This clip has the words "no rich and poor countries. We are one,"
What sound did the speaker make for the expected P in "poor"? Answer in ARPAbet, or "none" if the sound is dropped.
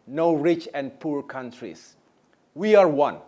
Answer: P